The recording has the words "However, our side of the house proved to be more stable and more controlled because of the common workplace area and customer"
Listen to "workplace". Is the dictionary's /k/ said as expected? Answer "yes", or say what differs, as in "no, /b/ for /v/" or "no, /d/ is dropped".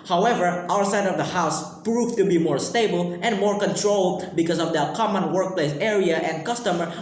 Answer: yes